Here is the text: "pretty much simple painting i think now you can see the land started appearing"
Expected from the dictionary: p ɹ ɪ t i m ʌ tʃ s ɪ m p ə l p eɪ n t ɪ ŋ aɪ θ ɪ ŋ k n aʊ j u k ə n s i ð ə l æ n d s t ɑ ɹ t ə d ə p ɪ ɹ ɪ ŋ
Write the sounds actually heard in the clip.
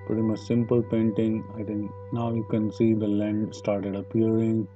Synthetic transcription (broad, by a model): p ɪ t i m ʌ s s ɪ m p ə l p eɪ n t ɪ ŋ aɪ t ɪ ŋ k n aʊ j u k ə n s i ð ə l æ n d s t ɑ ɹ t ə d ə p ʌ ɹ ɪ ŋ